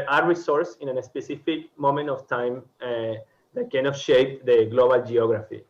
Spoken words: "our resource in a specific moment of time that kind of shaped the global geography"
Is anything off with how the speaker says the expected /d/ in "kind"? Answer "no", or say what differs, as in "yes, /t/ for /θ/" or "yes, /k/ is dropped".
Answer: yes, /d/ is dropped